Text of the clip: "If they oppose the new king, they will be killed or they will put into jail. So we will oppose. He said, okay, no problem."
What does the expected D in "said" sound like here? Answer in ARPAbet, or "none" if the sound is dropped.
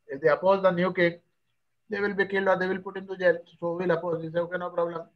none